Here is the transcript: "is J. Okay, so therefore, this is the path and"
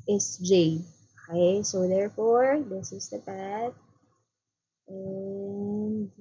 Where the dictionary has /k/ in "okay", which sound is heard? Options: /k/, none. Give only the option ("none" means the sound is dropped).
none